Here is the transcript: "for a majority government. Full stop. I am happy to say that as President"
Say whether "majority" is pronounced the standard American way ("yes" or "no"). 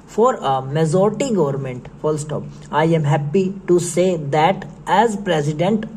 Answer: no